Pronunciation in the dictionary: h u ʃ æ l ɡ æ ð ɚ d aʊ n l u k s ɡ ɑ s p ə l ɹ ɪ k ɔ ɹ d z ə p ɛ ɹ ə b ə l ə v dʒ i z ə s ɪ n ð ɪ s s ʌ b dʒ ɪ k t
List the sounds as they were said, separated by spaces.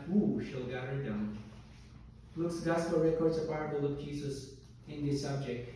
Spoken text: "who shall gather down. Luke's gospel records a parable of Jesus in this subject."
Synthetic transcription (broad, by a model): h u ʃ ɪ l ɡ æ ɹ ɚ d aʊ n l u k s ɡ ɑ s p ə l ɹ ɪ k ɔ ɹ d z ə b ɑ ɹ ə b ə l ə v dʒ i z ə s ɪ n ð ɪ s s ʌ b dʒ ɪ k t